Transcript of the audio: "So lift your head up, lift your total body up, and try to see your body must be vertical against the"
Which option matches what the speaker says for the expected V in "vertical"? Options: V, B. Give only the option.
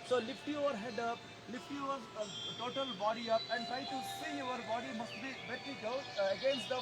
B